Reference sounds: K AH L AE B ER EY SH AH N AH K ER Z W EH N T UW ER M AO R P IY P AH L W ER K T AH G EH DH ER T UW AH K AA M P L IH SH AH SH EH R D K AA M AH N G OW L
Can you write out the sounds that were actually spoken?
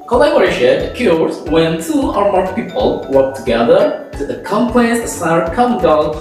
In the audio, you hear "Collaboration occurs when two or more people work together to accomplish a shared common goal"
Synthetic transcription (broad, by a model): K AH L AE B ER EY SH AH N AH K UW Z W EH N T UW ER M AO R P IY P AH L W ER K T AH G EH DH ER T UW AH K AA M P L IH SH AH S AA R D K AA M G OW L